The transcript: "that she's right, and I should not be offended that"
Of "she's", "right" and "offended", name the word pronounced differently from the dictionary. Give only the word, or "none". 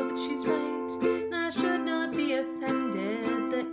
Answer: right